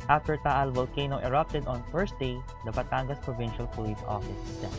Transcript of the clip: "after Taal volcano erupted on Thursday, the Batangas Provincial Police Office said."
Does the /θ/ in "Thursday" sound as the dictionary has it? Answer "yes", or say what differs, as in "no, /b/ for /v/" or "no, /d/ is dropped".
no, /f/ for /θ/